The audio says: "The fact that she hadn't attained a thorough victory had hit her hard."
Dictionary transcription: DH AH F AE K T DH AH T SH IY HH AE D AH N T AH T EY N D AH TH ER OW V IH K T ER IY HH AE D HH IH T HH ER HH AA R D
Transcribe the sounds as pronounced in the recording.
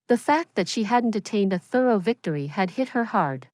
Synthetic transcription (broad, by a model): DH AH F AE K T DH AH T SH IY HH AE D N T AH T EY N D AH TH ER OW V IH K T ER IY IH D HH IH T HH ER HH AA R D